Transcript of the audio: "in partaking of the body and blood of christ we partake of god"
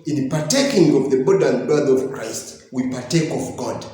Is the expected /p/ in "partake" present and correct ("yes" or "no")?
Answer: yes